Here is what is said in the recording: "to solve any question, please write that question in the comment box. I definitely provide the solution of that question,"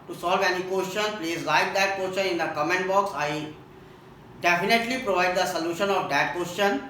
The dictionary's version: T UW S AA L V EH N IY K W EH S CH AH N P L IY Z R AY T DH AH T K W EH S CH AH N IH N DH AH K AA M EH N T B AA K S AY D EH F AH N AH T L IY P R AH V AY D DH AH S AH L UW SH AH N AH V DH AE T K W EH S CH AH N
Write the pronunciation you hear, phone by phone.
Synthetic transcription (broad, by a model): T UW S AA L V EH N IY K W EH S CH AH N P L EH S R AY T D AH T K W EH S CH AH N IH N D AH K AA M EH N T B AA K S AY D EH F AH N AH T L IY P R AH V AY D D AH S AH L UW SH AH N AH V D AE T K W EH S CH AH N